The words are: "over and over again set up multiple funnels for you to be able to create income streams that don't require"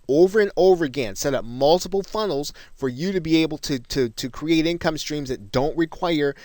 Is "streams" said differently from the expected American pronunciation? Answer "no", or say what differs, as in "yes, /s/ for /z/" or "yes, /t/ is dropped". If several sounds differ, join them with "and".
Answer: no